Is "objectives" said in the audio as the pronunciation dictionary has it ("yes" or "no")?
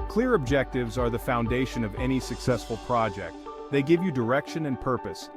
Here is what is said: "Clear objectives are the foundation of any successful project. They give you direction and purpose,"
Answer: yes